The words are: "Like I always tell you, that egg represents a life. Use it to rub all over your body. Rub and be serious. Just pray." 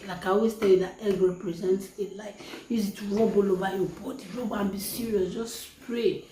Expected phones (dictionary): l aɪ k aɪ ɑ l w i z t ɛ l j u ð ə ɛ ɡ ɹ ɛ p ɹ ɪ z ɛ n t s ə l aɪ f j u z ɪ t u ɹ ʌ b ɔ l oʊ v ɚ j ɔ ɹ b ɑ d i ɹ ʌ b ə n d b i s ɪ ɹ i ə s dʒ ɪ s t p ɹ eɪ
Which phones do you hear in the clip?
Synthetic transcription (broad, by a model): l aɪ k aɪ ɑ w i s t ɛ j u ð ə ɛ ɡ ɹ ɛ p ɹ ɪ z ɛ n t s ə l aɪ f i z ɪ t u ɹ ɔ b ɔ l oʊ b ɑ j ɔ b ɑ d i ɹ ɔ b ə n b i s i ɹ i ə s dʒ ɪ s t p ɹ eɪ